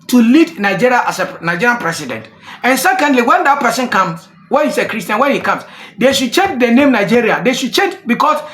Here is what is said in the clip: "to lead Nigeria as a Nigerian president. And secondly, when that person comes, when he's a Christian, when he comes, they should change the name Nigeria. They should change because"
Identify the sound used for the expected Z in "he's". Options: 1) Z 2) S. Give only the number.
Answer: 2